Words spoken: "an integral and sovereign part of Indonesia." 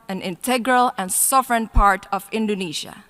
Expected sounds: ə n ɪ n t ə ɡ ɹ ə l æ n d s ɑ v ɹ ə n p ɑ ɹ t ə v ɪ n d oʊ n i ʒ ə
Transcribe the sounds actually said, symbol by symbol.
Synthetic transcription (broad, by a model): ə n ɪ n t ə ɡ ɹ ə l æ n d s ɑ v ɹ ə n p ɑ ɹ t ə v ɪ n d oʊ n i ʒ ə